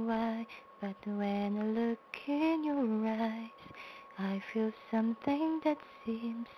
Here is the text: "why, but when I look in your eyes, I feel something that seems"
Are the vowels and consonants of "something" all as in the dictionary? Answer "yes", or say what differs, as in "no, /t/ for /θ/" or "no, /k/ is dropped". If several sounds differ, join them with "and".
yes